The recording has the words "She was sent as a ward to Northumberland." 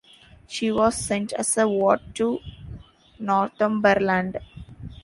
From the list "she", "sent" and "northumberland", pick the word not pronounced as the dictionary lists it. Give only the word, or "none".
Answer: northumberland